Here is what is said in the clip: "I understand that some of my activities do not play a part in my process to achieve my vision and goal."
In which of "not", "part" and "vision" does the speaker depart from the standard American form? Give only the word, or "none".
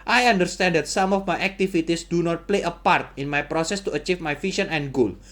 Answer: vision